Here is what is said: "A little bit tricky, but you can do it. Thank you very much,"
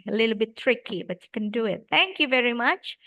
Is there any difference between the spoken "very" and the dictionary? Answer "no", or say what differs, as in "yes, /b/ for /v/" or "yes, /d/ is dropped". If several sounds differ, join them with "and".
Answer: no